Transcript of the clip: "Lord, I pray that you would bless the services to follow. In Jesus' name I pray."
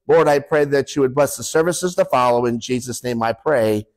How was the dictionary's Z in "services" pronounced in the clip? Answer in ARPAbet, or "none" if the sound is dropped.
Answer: Z